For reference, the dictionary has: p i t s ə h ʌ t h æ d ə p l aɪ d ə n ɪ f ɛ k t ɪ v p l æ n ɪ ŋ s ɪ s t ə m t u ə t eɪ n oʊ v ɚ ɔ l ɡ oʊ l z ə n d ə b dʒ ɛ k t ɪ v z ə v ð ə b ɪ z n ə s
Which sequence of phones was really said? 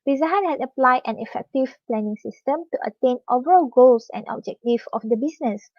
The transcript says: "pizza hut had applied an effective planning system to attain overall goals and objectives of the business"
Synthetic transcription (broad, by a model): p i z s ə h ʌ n h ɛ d ə p l aɪ d ə n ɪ f ɛ k t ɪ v p l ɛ n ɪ ŋ s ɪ s t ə m t u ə t eɪ n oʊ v ɚ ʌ l ɡ oʊ l s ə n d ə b dʒ ɛ k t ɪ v ə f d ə b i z n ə s